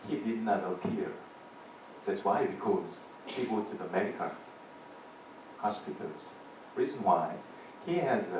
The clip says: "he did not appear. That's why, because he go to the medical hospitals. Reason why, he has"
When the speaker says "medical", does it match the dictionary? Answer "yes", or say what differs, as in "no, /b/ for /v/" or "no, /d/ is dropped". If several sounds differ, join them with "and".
no, /n/ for /l/